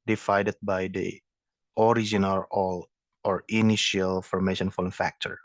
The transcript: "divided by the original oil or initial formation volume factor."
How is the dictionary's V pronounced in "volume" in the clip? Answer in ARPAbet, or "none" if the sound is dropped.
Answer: F